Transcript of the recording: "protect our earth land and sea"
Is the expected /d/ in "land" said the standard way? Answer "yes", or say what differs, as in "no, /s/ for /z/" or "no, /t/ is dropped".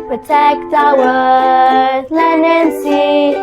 no, /d/ is dropped